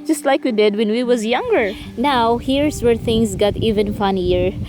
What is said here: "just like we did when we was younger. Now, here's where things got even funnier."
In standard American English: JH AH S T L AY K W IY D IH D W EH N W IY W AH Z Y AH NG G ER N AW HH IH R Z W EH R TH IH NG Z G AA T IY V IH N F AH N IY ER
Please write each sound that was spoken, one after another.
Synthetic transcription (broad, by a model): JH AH S T L AY K W IY D IH D W EH N W IY W AH Z Y AH NG G ER N AW HH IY R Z W EH R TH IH NG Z G AA T IY V IH N F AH N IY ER